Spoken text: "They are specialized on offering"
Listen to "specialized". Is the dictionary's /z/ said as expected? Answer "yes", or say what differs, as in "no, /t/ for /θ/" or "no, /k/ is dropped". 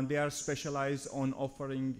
yes